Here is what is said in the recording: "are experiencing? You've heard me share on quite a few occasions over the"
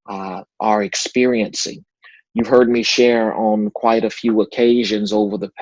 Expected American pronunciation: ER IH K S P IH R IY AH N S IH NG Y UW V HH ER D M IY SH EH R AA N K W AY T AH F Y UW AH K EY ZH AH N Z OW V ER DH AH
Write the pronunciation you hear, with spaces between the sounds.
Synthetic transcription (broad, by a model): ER IH K S P IH R IY AH N S IH NG Y UW V HH ER D M IY SH EH R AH N K W AY T AH F Y UW AH K EY ZH AH N Z OW V ER DH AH